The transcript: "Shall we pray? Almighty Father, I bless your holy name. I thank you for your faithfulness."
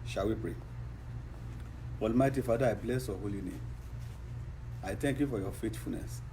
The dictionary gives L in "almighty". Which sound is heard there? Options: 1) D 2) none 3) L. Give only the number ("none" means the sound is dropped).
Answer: 3